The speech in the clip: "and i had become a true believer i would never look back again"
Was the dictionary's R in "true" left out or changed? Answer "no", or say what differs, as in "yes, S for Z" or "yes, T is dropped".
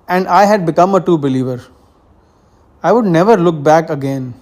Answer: yes, R is dropped